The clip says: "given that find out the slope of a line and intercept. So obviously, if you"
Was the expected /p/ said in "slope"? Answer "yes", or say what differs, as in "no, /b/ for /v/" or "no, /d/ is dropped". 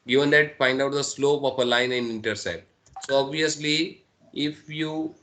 yes